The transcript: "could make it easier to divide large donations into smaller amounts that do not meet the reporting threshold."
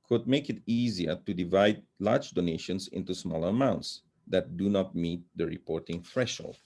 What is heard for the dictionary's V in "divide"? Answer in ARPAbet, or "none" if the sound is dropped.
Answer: V